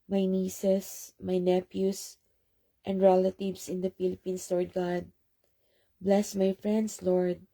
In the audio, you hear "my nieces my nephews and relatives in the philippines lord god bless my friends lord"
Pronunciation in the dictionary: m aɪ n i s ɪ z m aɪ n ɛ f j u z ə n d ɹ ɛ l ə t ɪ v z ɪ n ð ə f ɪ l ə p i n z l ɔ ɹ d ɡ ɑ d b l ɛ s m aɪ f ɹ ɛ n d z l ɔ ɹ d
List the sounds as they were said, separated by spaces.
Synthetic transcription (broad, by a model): m aɪ n i s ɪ s m aɪ n ɛ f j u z ə n d ɹ ɛ l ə t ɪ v s ɪ n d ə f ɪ l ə p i n s l ɔ ɹ d ɡ ɑ d b l ɛ s m aɪ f ɹ ɛ n d s l ɔ ɹ d